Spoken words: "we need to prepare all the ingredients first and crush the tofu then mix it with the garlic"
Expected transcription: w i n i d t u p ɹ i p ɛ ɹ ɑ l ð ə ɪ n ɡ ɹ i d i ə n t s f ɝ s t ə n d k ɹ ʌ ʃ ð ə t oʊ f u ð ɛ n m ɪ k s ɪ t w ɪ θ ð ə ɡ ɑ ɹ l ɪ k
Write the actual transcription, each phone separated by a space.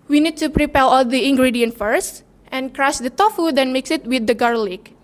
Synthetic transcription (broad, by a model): w i n i d t u p ɹ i p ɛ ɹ ɑ l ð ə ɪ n ɡ ɹ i d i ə n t f ɝ s t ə n k ɹ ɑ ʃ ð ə t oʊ f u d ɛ n m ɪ k s ɪ t w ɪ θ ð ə ɡ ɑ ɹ l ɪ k